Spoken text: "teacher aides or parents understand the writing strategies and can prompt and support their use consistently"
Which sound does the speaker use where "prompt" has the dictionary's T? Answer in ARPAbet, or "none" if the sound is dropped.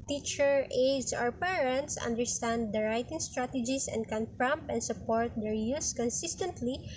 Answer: none